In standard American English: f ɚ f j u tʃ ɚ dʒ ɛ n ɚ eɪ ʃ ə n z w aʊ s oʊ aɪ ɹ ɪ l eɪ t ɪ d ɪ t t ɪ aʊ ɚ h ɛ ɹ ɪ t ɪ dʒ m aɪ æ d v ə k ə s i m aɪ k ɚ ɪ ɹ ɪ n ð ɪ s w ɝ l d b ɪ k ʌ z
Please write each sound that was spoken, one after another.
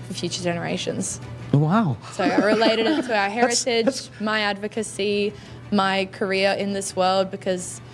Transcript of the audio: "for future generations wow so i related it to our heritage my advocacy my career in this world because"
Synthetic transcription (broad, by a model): f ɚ f j u tʃ ɚ dʒ ɛ n ɚ eɪ ʃ ə n z w aʊ s oʊ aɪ ɹ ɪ l eɪ ɪ d ɪ t t ɪ aʊ ɚ h ɛ ɹ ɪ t ɪ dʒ m aɪ æ d v ə k ə s i m aɪ k ɚ ɪ ɹ ɪ n ð ɪ s w ɝ l d b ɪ k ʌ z